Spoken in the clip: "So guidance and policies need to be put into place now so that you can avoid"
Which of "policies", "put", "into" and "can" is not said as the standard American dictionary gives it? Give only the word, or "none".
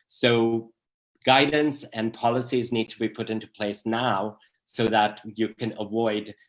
none